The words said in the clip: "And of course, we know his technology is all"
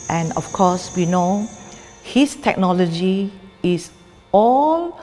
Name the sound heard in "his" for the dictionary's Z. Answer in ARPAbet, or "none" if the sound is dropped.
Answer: S